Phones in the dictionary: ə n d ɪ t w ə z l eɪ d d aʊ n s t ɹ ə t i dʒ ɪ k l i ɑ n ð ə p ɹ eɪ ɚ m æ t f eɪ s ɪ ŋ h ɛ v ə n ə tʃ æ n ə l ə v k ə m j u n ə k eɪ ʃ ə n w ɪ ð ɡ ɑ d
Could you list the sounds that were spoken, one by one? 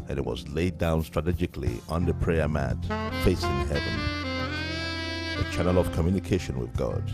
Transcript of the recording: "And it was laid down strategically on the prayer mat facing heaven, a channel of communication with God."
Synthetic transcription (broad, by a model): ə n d ɪ t w ə z l eɪ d d aʊ n s t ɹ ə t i dʒ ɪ k l i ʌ n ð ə p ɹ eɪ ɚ m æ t f eɪ s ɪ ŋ h ɛ v ə n ə tʃ æ n ə l ə v k ə m j u n ə k eɪ ʃ ə n w ɪ ð ɡ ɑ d